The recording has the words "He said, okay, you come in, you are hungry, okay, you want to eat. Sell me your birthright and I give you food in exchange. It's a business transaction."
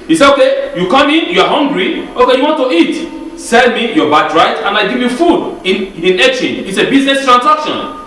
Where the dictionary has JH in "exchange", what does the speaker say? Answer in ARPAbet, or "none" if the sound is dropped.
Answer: none